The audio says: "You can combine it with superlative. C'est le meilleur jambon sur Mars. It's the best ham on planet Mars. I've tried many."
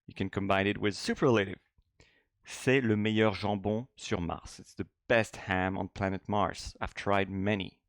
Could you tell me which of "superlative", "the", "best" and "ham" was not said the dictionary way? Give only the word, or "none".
none